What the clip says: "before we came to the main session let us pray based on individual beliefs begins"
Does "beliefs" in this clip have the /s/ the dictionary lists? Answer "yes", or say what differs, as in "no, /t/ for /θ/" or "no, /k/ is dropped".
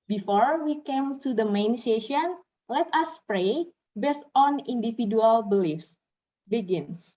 yes